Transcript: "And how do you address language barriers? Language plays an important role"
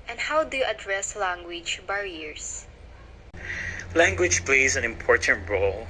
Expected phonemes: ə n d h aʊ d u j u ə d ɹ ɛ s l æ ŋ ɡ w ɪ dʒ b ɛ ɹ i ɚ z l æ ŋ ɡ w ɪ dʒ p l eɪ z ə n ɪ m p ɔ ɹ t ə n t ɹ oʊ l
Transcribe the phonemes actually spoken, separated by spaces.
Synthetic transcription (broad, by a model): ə n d h aʊ d u j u ə d ɹ ɛ s l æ ŋ ɡ w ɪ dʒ b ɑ ɹ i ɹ s l æ ŋ ɡ w ɪ dʒ p l eɪ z ə n ɪ m p ɔ ɹ t ə n t ɹ oʊ l